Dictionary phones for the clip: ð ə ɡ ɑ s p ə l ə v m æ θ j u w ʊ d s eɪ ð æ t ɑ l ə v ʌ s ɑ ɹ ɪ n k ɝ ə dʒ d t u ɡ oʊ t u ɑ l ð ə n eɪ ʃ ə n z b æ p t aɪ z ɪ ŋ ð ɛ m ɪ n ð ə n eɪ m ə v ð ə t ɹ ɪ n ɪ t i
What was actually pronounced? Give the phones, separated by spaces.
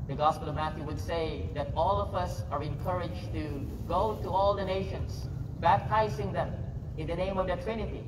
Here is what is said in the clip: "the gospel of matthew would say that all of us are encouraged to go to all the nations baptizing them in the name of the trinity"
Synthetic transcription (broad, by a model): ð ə ɡ ɑ s p ə l ə v m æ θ j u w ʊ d s eɪ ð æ t ɑ l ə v ʌ s ɑ ɹ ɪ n k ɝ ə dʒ t u ɡ oʊ t u ɑ l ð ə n eɪ ʃ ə n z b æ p t aɪ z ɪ ŋ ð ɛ m ɪ n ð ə n eɪ m ə v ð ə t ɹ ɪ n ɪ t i